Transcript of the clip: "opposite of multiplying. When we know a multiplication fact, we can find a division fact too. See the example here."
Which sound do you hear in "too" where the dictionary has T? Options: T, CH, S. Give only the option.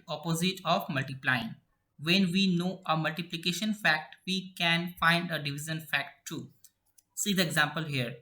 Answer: T